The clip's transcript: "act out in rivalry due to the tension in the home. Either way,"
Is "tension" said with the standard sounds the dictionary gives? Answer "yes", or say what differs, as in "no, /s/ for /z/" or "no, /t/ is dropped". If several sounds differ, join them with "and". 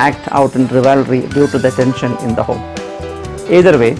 yes